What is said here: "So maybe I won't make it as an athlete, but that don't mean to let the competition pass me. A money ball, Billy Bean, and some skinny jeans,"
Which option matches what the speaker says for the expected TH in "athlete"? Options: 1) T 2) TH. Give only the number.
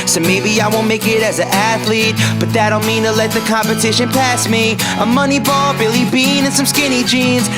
2